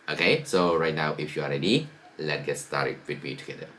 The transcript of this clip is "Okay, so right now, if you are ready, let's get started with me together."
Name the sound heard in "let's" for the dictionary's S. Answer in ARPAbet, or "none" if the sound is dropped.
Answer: none